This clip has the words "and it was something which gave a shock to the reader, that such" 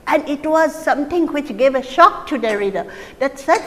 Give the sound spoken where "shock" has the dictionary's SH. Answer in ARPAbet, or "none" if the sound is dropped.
SH